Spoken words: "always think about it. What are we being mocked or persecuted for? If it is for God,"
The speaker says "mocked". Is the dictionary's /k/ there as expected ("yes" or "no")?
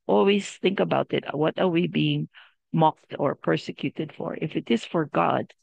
yes